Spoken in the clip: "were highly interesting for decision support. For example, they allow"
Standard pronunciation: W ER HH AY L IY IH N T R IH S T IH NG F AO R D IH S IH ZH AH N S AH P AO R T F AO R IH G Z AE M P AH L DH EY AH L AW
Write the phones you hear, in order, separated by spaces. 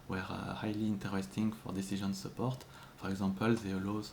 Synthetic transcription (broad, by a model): W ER HH AY L IY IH N T R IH S T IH NG F AO R D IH S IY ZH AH N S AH P AO R T F AO R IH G Z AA P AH L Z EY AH L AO